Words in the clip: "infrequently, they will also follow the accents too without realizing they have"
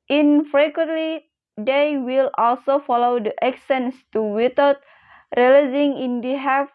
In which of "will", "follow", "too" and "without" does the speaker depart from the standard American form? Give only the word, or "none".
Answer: without